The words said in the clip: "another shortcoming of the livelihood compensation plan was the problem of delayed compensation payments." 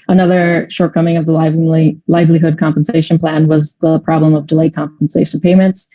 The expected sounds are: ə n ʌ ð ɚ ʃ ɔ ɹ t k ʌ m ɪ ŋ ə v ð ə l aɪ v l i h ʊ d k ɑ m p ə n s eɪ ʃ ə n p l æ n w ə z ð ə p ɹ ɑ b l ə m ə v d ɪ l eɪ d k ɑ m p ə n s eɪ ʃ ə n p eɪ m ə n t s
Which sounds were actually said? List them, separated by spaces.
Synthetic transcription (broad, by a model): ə n ʌ ð ɚ ʃ ɔ ɹ t k ʌ m ɪ ŋ ə v ð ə l aɪ v l i h ʊ d k ɑ m p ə n s eɪ ʃ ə n p l æ n w ə z ð ə p ɹ ɑ b l ə m ə v d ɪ l eɪ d k ɑ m p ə n s eɪ ʃ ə n p eɪ m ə n t s